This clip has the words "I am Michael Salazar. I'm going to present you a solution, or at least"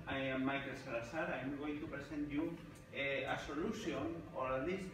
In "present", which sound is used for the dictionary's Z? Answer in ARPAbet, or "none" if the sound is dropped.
S